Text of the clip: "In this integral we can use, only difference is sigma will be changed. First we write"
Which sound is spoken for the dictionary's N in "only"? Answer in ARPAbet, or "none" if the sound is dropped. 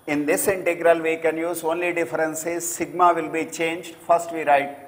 N